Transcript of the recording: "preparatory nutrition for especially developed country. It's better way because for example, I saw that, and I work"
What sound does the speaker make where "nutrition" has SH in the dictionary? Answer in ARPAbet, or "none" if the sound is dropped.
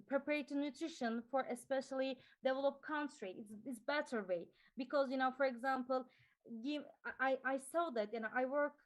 SH